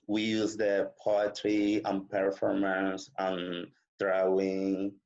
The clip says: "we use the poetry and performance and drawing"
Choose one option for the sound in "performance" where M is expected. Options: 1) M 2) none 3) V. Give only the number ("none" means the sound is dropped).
1